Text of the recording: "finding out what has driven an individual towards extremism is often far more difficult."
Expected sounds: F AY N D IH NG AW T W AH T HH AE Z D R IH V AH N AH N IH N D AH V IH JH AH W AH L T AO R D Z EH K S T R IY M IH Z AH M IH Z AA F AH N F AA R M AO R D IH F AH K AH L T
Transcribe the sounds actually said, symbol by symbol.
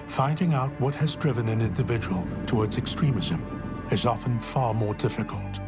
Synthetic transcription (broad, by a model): F AY N D IH NG AW T W AH T HH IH Z D R IH V AH N AH N IH N D AH V IH JH AH W AH L T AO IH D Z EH K S T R IY M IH Z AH M IH Z AA F AH N F AA R M AO R D IH F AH K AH L T